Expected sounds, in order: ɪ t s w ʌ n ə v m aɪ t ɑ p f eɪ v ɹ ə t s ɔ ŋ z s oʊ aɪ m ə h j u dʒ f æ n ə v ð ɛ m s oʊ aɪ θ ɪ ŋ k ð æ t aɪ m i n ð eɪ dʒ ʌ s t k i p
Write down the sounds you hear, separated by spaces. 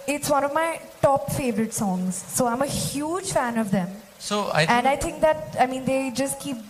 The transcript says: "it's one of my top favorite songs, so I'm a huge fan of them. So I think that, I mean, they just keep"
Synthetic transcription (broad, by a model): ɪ t s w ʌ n ə v m aɪ t ɑ p f eɪ v ɹ ə t s ɔ ŋ z s oʊ aɪ m ə h j u dʒ f æ n ə v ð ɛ m s oʊ aɪ t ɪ ŋ k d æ t aɪ m i n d eɪ dʒ ʌ s t k i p